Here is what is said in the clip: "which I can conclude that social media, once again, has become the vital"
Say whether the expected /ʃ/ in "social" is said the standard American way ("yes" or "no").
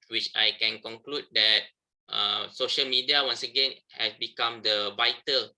yes